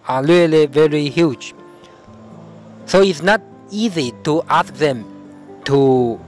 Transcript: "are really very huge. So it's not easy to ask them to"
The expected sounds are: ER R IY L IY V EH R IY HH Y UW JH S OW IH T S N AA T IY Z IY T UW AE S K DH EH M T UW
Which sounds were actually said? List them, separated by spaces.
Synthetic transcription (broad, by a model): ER L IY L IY V EH R IY HH Y UW JH S OW IH T S N AA T IY Z IY T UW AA S K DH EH M T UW